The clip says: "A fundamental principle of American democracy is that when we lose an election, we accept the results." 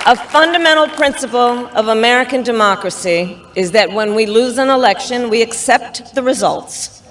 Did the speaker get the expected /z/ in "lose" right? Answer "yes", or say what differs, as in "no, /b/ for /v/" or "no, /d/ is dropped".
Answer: yes